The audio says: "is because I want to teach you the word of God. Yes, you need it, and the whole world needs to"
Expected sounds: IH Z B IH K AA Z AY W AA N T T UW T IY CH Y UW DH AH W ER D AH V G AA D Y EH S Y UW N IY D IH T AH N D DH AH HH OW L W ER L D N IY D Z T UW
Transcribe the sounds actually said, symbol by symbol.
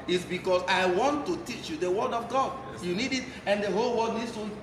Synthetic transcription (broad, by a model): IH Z B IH K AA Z AY W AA N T T UW T IY CH Y UW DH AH W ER D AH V G AA D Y Y UW N IY D IH T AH N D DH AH HH OW L W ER D N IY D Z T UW